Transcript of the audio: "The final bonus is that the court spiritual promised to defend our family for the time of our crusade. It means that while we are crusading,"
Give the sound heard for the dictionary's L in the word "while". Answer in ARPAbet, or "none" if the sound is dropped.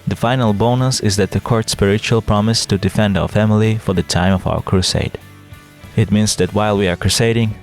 L